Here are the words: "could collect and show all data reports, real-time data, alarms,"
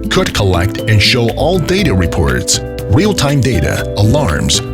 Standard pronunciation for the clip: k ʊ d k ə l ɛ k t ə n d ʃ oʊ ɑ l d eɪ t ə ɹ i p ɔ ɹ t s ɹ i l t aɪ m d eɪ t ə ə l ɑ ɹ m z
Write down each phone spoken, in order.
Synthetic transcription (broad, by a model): k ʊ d k ə l ɛ k t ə n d ʃ oʊ ɑ l d eɪ t ə ɹ i p ɔ ɹ t s ɹ i l t aɪ m d eɪ t ə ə l ɑ ɹ m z